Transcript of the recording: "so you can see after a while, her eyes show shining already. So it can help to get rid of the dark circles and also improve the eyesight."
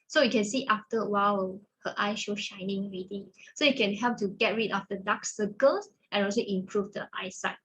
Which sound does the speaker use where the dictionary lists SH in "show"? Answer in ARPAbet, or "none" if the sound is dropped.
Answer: SH